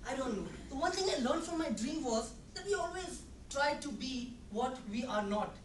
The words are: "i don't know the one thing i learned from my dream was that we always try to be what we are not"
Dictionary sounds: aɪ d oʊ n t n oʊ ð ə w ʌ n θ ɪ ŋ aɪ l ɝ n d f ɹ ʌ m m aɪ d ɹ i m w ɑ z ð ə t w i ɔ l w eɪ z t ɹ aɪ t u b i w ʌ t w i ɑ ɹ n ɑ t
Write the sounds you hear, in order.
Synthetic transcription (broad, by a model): aɪ d oʊ n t n oʊ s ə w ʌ n t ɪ ŋ aɪ l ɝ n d f ɹ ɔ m m aɪ d ɹ i m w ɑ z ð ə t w i ɔ l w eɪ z t ɹ aɪ t u b i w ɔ t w i ɑ ɹ n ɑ t